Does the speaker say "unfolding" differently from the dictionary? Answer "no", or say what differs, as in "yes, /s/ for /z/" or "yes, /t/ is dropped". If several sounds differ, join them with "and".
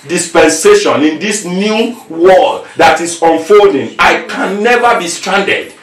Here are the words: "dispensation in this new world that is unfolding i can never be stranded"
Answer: no